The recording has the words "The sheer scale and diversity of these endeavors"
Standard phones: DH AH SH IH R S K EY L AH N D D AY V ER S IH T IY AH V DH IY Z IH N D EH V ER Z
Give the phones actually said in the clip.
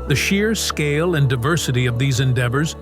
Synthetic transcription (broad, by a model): DH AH SH IH R S K EY L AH N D D AY V ER S IH T IY AH V DH IY Z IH N D EH V ER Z